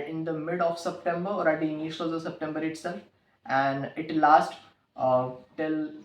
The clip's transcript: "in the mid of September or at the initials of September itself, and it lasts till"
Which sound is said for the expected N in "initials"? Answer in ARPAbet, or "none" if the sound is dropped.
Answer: L